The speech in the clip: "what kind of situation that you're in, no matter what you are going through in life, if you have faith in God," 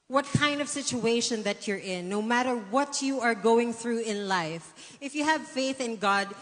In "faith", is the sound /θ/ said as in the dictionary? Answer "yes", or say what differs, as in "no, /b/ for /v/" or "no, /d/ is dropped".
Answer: yes